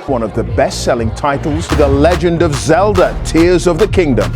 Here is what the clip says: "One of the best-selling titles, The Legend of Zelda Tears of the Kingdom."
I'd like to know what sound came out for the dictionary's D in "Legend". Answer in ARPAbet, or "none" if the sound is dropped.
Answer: D